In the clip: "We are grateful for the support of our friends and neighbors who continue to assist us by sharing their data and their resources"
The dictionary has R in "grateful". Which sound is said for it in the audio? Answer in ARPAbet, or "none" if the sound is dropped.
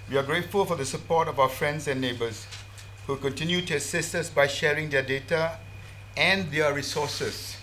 R